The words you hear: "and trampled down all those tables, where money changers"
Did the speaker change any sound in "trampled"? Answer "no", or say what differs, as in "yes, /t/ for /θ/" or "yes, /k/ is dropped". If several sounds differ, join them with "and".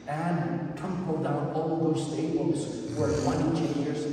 yes, /ɹ/ is dropped